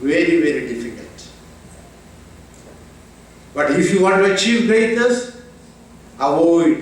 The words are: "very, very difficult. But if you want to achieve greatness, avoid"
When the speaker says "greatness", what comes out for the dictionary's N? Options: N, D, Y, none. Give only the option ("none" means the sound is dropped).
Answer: none